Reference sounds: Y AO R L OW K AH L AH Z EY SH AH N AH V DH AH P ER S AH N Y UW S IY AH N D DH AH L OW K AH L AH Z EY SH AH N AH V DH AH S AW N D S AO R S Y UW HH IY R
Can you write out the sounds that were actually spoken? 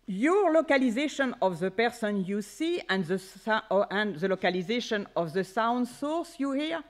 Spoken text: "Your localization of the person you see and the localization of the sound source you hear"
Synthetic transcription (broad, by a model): Y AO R L OW K AH L AH Z EY SH AH N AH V DH AH P ER S AH N Y UW S IY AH N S DH AH L OW K AH L AH Z EY SH AH N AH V DH AH S AW N D S AO R S Y UW HH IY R